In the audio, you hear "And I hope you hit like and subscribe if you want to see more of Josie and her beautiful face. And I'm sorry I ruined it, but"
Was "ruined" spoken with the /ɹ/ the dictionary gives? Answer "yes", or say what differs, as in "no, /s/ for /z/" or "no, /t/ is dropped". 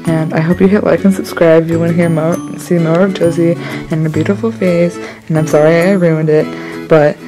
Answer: yes